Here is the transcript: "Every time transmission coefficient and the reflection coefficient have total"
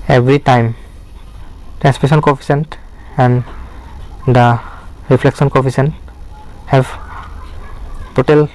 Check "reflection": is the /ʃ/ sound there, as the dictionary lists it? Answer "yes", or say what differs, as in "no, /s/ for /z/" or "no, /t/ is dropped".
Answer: no, /s/ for /ʃ/